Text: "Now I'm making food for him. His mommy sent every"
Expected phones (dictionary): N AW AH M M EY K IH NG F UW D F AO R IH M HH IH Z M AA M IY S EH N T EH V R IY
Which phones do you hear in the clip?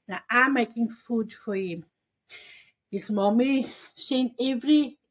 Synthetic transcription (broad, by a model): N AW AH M M EY K IH NG F UW D F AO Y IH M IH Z M AA M IY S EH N EH V R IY